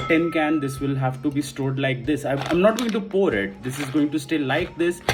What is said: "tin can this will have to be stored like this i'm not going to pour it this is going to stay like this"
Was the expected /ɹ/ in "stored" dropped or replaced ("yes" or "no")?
no